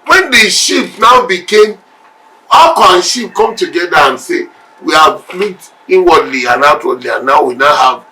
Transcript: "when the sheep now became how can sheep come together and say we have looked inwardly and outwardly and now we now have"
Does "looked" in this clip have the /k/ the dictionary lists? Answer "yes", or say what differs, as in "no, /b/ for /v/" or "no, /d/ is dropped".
no, /k/ is dropped